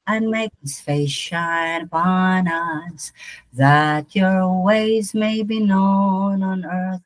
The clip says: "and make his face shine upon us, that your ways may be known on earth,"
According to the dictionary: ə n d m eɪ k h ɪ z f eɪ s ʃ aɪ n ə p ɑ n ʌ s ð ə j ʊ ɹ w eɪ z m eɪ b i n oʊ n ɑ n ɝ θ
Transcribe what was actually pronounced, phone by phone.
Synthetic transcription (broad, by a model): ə n m eɪ k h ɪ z f eɪ s ʃ aɪ n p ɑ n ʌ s ð ə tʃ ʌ ɹ w eɪ z m eɪ b i n oʊ n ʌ n ɝ θ